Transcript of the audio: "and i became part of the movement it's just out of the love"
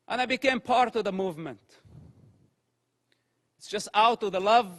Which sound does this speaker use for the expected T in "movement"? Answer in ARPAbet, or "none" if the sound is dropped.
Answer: T